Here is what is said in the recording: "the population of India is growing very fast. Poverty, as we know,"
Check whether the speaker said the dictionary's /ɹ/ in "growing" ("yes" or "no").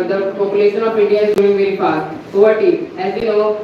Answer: no